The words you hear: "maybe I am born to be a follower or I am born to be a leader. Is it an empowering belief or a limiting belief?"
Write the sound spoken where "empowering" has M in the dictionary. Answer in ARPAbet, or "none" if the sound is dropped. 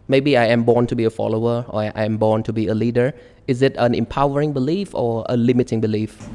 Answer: M